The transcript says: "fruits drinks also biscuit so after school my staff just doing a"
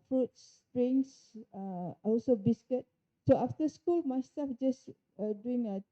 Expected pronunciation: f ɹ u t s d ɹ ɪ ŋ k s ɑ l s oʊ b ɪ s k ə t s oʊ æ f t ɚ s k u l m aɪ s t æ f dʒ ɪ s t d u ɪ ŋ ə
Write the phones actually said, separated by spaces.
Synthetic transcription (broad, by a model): f ɹ u t s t ɹ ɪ ŋ s ɑ l s oʊ b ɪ s k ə t s oʊ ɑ f t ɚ s k u l m aɪ s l f dʒ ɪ s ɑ d u ɪ ŋ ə